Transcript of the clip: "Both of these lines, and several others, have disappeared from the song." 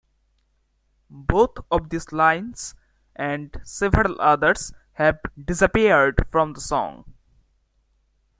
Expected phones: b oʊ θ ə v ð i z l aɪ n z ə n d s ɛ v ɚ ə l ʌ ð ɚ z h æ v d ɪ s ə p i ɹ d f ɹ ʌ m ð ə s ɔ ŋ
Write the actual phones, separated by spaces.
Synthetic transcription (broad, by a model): b oʊ t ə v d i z l aɪ n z ə n d s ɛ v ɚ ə l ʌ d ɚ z h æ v d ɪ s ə p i ɹ d f ɹ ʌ m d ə s ɔ ŋ